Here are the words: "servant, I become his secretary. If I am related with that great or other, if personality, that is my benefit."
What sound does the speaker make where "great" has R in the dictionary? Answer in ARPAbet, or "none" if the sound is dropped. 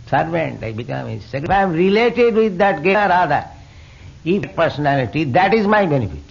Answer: none